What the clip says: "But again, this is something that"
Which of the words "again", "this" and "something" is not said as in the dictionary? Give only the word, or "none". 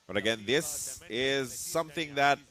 none